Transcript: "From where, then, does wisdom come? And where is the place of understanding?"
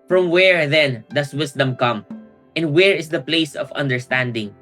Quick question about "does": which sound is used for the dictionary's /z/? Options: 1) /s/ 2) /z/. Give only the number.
1